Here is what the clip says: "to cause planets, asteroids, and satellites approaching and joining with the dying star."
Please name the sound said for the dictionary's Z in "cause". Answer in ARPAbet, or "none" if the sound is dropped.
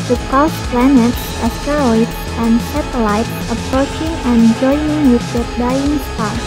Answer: S